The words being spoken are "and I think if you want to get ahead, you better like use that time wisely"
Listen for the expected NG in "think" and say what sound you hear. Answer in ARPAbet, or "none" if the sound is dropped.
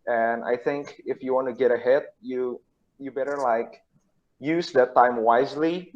NG